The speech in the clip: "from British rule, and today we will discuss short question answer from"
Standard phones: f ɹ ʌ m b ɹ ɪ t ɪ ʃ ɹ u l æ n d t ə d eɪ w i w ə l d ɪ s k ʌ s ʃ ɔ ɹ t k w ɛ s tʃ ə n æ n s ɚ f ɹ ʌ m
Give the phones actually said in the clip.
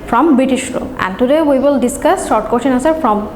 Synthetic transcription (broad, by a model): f ɹ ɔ m b ɹ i t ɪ ʃ ɹ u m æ n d t ə d eɪ w i w ə l d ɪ s k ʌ s ʃ ɔ ɹ t k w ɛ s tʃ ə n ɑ s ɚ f ɹ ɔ m